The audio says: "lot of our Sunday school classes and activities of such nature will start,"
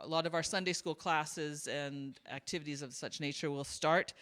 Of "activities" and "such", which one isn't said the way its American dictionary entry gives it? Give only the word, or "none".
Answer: none